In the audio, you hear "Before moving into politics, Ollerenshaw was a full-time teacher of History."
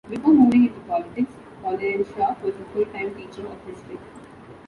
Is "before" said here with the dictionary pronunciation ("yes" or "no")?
no